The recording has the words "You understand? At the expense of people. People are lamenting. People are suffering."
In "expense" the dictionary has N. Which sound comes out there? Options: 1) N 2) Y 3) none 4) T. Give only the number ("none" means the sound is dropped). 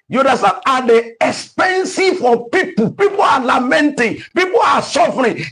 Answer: 1